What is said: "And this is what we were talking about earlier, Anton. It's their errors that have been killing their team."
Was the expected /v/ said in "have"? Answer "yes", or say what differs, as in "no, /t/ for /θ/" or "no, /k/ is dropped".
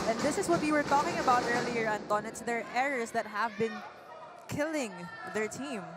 yes